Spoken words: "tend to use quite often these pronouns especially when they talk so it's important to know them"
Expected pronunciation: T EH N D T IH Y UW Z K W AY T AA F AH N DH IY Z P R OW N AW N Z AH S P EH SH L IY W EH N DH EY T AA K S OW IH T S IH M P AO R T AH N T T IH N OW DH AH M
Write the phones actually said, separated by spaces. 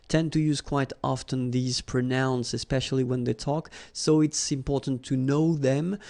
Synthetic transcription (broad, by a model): T EH N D T IH Y UW Z K W AY T AA F AH N DH IY Z P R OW N AW N S AH S P EH SH L IY W EH N DH EY T AA K S OW IH T S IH M P AO R T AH N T T IH N OW DH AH M